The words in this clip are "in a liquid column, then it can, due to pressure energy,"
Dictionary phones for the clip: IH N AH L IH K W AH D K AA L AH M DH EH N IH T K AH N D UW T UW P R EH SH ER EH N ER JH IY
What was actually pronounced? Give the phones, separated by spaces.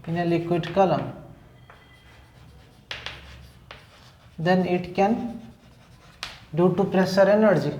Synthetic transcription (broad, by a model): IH N AH L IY K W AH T K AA L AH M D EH N IH T K AH N D UW T UW P R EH S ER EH N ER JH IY